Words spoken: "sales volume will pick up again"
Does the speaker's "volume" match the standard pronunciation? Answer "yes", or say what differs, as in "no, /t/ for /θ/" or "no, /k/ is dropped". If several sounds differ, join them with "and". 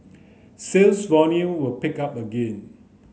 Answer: no, /n/ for /l/